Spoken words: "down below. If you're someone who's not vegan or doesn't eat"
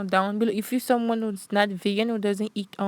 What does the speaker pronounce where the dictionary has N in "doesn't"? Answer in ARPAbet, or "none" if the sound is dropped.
N